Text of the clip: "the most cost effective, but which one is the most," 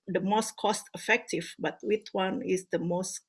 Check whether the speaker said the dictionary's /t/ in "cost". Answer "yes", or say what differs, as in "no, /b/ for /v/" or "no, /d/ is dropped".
yes